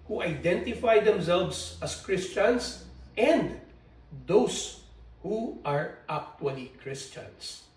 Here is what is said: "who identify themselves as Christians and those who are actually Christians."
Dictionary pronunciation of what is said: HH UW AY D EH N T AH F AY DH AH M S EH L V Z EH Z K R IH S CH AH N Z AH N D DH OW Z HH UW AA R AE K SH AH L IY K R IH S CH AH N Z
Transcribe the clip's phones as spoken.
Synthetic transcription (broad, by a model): HH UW AY D EH N T AH F AY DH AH M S EH L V S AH S K R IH S CH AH N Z AH N D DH OW S HH UW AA R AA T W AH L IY K R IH S CH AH N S